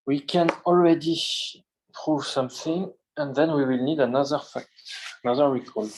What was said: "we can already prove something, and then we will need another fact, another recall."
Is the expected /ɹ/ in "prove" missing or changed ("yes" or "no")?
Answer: no